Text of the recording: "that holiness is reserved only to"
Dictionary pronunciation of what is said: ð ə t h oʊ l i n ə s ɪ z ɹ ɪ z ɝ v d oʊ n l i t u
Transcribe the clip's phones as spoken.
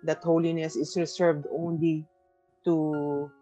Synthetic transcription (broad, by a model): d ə t h oʊ l i n ə s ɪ s ɹ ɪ s ɝ v d oʊ n l i t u